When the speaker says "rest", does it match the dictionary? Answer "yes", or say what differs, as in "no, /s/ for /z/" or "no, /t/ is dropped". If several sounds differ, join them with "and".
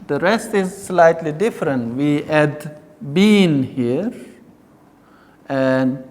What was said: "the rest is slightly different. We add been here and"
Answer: yes